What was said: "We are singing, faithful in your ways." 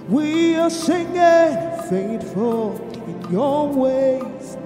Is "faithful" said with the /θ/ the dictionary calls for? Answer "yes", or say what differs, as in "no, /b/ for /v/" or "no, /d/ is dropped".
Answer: no, /t/ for /θ/